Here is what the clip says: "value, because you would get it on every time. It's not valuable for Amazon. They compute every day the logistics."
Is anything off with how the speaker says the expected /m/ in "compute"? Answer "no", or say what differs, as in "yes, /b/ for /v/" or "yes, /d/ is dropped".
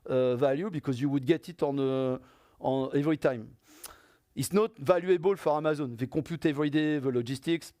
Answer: yes, /m/ is dropped